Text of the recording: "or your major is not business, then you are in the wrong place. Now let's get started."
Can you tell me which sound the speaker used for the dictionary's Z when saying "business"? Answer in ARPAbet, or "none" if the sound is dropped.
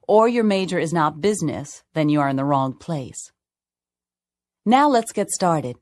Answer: Z